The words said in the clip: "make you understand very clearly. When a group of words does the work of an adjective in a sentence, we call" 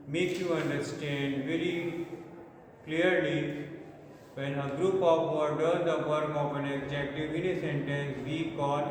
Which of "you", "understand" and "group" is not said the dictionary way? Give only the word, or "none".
none